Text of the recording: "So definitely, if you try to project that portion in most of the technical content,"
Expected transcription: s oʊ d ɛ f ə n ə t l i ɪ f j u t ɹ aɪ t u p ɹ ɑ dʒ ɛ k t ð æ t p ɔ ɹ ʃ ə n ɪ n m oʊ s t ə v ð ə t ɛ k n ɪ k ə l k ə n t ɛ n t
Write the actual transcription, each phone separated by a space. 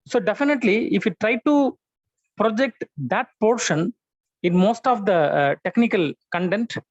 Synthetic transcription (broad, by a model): s oʊ d ɛ f ə n ə t l i ɪ f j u t ɹ aɪ t u p ɹ ɑ dʒ ɛ k t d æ t p ɔ ɹ ʃ ə n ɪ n m oʊ s t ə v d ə t ɛ k n ɪ k ə l k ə n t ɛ n t